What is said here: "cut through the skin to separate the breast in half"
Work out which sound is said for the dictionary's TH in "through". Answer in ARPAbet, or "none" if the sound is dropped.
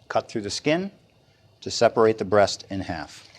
TH